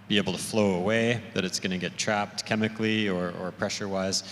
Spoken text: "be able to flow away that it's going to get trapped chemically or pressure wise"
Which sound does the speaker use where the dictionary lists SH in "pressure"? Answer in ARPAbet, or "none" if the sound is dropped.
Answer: SH